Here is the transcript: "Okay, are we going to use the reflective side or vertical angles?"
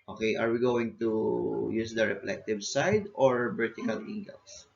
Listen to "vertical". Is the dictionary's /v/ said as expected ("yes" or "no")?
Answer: no